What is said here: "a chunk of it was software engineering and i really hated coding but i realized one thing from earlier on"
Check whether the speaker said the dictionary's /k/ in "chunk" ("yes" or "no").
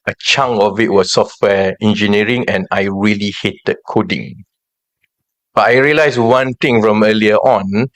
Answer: no